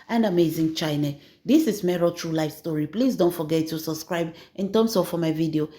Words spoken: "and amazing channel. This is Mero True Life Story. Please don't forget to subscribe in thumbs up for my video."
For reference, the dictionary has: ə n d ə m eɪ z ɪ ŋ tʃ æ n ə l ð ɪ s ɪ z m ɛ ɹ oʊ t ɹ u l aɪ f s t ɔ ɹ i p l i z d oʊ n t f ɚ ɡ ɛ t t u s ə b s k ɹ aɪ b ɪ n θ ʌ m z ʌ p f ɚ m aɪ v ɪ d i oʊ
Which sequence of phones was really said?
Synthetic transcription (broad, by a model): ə n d ə m eɪ z ɪ ŋ tʃ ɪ n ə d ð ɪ s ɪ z m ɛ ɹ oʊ t ɹ u l aɪ f s t ɔ ɹ i p l i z d oʊ n t f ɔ ɡ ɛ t t u s ə b s k ɹ aɪ b ɪ n t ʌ m s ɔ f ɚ m aɪ v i d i oʊ